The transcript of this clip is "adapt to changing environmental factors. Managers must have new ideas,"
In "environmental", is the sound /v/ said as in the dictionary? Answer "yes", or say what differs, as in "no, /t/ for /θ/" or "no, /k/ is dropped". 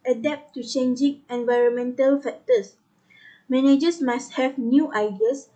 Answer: yes